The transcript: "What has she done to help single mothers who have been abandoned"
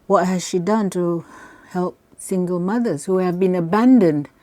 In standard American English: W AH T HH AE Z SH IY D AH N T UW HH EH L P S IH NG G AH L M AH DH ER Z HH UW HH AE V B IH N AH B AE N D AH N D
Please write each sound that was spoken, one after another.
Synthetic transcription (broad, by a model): W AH T HH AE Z SH IY D AH N T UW HH EH L P S IH NG G AH L M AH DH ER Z HH UW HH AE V B IH N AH B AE N D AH N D